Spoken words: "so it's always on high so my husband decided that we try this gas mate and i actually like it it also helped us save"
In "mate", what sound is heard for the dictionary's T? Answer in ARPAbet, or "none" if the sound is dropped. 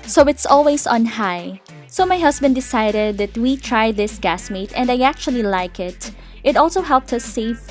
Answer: T